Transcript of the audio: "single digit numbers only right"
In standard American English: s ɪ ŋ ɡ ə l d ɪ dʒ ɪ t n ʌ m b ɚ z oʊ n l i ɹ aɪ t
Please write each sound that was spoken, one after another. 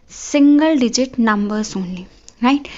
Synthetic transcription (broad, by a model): s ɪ ŋ ɡ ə l d ɪ dʒ ɪ t n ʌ m b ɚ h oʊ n i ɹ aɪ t